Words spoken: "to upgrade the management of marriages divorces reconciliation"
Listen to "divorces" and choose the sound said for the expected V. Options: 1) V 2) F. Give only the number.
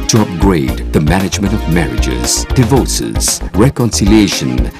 1